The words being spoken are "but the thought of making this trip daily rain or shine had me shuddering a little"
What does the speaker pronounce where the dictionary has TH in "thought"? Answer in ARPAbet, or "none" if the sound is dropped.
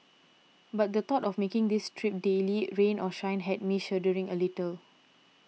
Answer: T